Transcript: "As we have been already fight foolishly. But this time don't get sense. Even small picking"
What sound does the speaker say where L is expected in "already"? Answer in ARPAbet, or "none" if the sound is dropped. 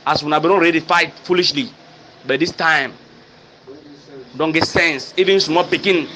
N